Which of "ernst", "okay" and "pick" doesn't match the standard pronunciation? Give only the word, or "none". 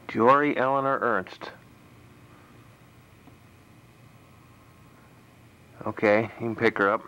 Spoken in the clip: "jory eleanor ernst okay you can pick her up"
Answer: none